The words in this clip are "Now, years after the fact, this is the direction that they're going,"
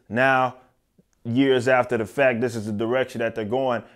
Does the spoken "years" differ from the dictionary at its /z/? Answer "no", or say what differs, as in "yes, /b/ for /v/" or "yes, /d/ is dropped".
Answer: no